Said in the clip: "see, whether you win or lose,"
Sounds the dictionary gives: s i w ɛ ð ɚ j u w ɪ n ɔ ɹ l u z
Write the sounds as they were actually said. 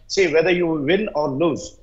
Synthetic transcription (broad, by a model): s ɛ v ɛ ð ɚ j u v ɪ l ɔ ɹ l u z